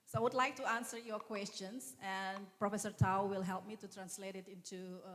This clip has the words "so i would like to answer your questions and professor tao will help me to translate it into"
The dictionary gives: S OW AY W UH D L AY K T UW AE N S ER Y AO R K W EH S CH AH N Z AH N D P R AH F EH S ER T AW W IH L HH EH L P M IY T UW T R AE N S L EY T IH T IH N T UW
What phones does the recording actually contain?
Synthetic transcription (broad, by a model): S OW AY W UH D L AY K T UW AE N S ER Y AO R K W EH S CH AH N S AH N P R AH F EH S ER T AW W IH L HH EH L P M IY T UW T R AE N S L EY T IH T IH N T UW